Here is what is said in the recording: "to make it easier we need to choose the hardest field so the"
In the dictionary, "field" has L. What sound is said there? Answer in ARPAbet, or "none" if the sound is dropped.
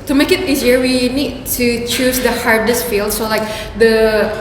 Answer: L